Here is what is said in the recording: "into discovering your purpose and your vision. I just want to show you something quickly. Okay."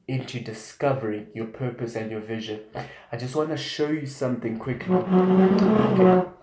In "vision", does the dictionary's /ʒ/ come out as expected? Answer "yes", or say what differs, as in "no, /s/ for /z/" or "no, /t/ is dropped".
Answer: yes